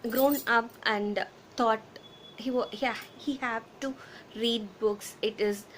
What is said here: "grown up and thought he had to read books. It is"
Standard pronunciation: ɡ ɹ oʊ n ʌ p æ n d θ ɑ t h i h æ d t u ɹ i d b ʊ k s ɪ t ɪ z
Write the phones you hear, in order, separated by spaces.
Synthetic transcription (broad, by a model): ɡ ɹ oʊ n ʌ p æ n d t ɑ t h i h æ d t u ɹ i d b ʊ k s ɪ t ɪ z